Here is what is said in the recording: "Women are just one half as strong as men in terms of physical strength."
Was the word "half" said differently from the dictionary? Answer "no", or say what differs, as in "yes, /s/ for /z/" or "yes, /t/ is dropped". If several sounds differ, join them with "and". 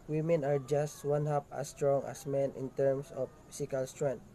yes, /p/ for /f/